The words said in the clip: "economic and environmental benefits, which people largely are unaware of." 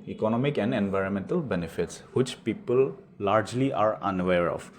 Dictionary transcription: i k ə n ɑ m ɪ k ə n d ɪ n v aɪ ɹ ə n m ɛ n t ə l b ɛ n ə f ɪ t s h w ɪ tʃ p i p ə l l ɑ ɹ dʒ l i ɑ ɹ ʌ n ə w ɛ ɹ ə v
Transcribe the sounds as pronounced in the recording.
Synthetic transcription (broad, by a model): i k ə n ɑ m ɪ k ə n d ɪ n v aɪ ɹ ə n m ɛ n t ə l b ɛ n ə f ɪ t s h w ɪ tʃ p i p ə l l ɑ ɹ dʒ l i ɑ ɹ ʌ n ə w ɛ ɹ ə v